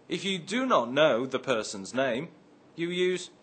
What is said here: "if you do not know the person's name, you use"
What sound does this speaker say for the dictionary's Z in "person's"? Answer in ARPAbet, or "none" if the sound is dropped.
Z